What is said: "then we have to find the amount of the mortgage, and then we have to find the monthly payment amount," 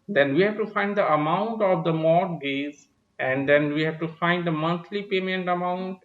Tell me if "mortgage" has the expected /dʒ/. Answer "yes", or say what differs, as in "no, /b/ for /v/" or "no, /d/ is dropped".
no, /z/ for /dʒ/